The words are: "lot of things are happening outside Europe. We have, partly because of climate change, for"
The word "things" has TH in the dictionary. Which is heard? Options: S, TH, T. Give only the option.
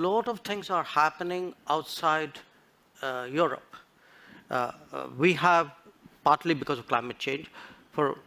T